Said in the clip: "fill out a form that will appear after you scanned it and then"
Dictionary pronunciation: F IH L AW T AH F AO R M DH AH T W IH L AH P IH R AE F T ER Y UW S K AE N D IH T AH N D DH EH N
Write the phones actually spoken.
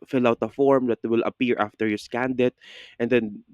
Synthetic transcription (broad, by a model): F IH L AW T AH F AO R M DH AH T W IH L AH P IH R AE F T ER Y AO S K AE N D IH T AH N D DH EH N